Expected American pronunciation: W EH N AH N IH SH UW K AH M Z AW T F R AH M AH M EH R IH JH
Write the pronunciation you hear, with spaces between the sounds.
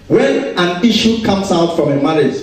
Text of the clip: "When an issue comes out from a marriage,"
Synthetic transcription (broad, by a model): W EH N AH N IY SH UW K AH M S AW T F R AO M AH M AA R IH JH